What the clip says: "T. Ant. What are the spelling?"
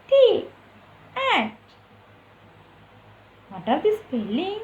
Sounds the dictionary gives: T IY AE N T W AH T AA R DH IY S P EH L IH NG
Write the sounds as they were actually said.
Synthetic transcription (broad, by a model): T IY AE T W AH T AA R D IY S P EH L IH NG